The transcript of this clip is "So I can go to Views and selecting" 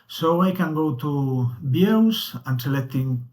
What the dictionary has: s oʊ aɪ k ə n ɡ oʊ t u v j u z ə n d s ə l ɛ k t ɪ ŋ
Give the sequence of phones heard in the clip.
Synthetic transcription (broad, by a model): s oʊ aɪ k ə n ɡ oʊ t u b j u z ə n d s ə l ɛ k t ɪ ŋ